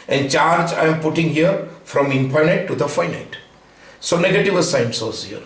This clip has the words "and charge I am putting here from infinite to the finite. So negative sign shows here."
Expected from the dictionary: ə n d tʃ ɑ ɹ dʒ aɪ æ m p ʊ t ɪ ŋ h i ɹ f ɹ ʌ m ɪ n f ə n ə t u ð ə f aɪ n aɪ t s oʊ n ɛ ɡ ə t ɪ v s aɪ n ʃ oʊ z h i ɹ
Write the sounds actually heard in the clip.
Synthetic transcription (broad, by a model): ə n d tʃ ɑ ɹ dʒ aɪ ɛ m p ʊ t ɪ ŋ h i ɹ f ɹ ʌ m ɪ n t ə n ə t u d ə f aɪ n aɪ t s oʊ n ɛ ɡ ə t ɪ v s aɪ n s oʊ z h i ɹ